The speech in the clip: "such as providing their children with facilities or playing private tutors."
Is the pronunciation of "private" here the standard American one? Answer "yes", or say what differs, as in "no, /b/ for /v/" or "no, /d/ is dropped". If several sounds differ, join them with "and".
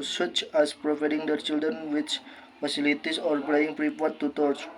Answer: no, /p/ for /v/